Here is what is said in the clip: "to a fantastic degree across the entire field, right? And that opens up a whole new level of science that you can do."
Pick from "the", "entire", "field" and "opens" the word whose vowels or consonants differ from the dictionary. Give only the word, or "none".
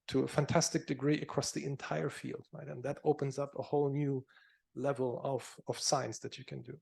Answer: none